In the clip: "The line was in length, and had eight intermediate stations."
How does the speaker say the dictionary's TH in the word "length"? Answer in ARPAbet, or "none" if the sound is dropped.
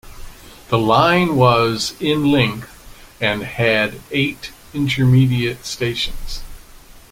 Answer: TH